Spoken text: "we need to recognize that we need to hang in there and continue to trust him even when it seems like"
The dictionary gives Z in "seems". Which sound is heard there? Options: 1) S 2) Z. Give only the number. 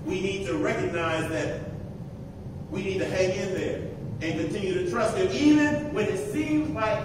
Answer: 2